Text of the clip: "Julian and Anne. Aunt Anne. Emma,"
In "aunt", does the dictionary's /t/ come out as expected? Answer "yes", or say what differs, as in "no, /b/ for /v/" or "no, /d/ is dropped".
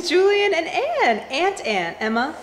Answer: yes